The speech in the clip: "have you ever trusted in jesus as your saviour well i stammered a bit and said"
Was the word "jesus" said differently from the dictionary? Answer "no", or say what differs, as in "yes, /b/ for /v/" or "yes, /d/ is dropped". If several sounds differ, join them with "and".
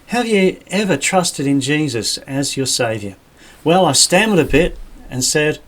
no